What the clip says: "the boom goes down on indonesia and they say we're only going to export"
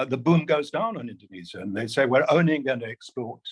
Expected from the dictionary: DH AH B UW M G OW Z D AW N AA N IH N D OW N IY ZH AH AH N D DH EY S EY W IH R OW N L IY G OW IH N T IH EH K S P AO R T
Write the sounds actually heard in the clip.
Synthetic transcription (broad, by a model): DH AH B UW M G OW Z D AW N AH N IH N D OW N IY Z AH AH N DH EY S EY W IH R OW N IY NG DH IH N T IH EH K S P AO R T